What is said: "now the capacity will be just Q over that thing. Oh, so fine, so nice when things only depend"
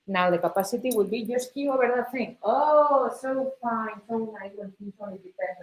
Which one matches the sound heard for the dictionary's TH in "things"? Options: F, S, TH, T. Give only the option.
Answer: S